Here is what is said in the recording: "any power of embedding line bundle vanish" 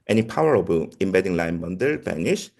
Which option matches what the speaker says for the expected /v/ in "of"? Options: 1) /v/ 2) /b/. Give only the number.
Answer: 2